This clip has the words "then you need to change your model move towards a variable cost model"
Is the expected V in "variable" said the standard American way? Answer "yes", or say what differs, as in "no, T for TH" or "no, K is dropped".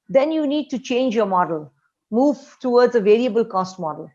yes